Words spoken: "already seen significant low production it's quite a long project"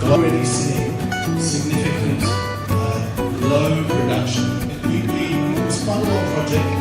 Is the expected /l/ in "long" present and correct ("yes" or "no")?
no